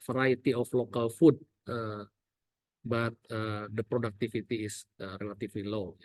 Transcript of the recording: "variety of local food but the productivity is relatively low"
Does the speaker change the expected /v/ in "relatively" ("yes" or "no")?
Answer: yes